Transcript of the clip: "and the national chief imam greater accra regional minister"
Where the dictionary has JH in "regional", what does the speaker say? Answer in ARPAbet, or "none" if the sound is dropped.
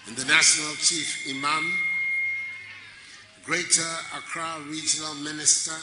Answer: JH